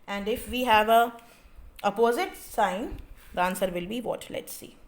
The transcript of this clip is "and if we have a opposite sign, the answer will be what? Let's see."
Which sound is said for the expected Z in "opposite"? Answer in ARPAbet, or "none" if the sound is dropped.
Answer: Z